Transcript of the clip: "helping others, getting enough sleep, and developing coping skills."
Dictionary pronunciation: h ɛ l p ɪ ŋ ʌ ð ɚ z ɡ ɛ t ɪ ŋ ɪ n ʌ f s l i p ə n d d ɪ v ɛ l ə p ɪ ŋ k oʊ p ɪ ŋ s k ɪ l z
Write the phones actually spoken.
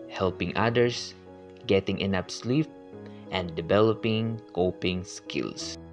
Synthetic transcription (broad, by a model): h ɛ l p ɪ ŋ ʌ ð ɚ s ɡ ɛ t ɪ ŋ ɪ n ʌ p s l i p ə n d d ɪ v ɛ l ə p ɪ ŋ k oʊ p ɪ ŋ s k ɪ l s